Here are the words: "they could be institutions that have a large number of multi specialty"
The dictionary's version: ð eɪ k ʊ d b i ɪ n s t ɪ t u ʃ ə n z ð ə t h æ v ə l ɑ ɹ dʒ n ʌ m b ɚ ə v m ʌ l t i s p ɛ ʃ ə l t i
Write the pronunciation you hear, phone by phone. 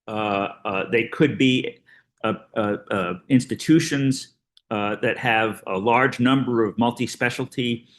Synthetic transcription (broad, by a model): ð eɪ k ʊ d b i ɪ n s t ɪ t u ʃ ə n z ð ə t h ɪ v ə l ɑ ɹ dʒ n ʌ m b ɚ ə v m ʌ l t i s p ɛ ʃ l t i